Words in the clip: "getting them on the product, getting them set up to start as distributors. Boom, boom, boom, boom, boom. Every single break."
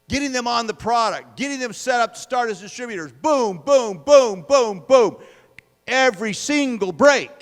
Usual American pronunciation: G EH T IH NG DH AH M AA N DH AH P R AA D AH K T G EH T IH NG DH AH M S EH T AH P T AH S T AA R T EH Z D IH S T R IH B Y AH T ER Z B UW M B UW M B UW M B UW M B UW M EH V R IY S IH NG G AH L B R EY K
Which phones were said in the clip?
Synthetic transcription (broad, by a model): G EH T IH NG DH AH M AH N DH AH P R AA D AH K T G EH T IH NG DH AH M S EH T AH P T AH S T AA R T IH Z D IH S T R IH B Y AH T ER Z B UW M B UW M B UW M B UW M B UW M EH V R IY S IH NG G L B R EY K